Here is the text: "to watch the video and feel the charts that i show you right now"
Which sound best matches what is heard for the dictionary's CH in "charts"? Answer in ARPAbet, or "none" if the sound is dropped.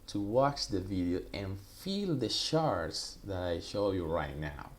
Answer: SH